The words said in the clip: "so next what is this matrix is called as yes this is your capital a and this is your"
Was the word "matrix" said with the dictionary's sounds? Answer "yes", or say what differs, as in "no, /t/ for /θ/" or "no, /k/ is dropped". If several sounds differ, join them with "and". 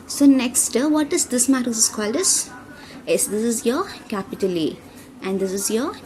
no, /k/ is dropped